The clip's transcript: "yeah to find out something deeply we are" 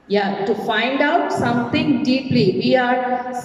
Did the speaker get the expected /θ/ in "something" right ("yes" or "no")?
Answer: no